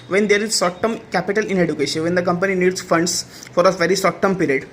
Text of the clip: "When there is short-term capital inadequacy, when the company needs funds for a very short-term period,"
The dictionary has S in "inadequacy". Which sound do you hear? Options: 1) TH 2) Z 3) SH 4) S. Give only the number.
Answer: 3